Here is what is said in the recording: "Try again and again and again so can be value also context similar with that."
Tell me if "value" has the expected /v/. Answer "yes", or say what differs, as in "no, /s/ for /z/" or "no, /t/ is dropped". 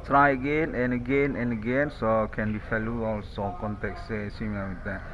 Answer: no, /f/ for /v/